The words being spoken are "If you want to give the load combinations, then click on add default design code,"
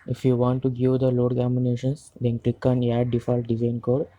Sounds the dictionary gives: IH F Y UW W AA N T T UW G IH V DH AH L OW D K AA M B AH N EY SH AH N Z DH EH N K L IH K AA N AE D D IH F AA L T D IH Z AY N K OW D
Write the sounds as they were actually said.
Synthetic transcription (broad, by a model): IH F Y UW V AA N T T UW G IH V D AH L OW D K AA M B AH N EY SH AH N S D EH N K L IH K AA N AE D D IH F AA L T D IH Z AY N K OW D